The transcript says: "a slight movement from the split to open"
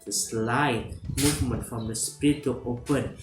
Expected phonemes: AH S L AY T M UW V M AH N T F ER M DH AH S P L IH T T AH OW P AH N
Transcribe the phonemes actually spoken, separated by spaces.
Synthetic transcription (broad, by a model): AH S L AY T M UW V M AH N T F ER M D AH S P IY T T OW P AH N